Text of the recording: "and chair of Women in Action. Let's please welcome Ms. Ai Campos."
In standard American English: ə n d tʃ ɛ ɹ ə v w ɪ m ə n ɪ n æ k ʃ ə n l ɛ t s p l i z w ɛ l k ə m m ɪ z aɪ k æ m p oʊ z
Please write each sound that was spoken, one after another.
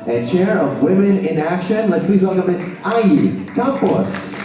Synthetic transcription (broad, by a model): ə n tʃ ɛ ɹ ə v w ɪ m ə n ɪ n æ k ʃ ə n l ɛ t s p l i z w ɛ l k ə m m ɪ z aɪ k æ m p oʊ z